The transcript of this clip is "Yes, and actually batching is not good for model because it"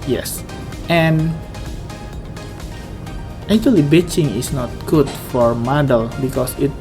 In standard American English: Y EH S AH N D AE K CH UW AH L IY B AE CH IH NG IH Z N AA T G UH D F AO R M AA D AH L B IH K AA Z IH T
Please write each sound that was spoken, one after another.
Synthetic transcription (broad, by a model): Y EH S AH N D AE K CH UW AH L IY B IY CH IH NG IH S N AA T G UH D F AO R M AA D AH L B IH K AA S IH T